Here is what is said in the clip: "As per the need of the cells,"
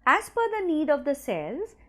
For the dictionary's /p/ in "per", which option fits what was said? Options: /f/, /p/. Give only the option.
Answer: /f/